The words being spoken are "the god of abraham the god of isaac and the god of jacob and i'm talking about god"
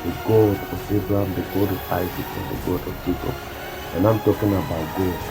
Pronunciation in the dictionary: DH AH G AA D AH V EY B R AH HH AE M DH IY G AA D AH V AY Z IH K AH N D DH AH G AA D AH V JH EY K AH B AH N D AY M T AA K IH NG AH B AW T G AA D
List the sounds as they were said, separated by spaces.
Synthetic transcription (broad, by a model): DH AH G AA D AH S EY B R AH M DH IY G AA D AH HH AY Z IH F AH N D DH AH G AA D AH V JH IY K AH AH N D AY M T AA K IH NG AH B AW T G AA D